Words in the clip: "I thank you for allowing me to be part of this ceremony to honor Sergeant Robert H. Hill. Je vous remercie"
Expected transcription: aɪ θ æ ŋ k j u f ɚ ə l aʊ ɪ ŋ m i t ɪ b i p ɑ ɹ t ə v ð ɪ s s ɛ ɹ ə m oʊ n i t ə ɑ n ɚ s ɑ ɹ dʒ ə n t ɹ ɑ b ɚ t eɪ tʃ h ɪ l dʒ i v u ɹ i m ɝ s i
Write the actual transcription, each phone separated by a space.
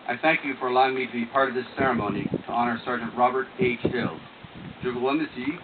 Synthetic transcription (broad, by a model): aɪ θ æ ŋ k j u f ɚ ə l aʊ ɪ ŋ m i t ɪ b i p ɑ ɹ t ə v ð ɪ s s ɛ ɹ ə m oʊ n i t ə ɑ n ɚ s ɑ ɹ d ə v ɹ ɑ b ɚ t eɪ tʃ h ɪ l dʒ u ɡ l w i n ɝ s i